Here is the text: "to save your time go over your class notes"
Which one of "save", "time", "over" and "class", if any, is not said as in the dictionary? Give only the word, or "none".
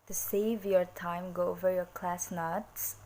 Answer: none